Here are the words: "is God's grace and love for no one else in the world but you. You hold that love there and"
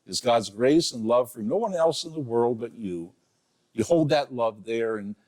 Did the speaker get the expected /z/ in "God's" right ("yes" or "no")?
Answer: yes